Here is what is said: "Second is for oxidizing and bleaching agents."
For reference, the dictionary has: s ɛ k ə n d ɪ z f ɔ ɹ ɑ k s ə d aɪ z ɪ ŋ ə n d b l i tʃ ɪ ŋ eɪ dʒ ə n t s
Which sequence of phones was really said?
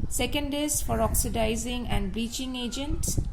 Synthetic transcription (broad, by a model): s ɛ k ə n d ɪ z f ɔ ɹ ɑ k s ə d aɪ z ɪ ŋ ə n d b i tʃ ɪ ŋ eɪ dʒ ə n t s